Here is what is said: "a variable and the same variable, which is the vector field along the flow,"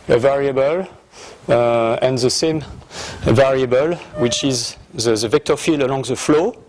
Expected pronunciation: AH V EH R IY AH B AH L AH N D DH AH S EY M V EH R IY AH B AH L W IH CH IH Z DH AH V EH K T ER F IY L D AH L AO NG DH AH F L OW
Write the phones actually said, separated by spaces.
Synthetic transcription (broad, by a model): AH V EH R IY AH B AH L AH N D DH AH S EY M V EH R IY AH B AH L W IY CH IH Z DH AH V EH K T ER F IY L AH L AO NG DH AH F L OW